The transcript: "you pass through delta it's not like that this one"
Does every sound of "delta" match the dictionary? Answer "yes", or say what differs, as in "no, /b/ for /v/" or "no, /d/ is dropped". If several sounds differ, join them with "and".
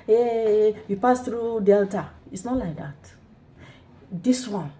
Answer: yes